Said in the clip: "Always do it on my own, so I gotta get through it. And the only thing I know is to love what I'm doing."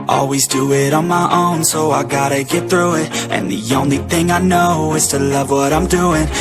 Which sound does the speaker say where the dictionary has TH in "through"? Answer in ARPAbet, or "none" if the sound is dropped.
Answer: TH